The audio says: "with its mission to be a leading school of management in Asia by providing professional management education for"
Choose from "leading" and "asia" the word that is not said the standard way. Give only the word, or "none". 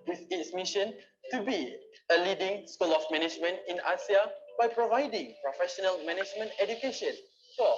asia